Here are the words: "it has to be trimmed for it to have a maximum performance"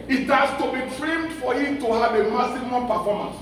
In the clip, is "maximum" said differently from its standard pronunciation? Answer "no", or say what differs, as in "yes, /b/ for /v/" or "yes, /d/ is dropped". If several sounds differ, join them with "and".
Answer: yes, /k/ is dropped